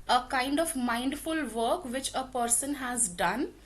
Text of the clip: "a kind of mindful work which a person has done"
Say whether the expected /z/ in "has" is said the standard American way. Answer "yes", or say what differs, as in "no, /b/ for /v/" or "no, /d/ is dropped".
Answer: yes